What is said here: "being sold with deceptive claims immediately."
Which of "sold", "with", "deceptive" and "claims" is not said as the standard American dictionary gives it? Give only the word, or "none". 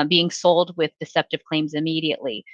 none